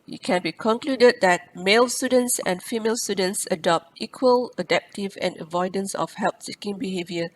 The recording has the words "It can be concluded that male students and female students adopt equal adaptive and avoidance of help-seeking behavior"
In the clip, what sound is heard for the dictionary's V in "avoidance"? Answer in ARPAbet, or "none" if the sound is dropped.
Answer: V